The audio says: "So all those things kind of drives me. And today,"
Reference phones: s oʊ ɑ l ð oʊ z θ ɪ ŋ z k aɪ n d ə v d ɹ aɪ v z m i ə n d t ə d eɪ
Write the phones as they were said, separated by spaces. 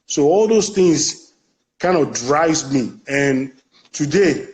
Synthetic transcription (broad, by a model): s oʊ ɑ l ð oʊ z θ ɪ ŋ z k aɪ n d ə v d ɹ aɪ z m i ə n t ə d eɪ